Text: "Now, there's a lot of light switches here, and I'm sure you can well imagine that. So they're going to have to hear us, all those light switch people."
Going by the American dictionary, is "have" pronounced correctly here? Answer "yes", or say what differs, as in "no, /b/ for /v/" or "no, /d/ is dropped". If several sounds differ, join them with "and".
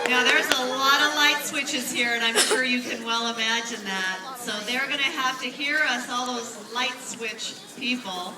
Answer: no, /f/ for /v/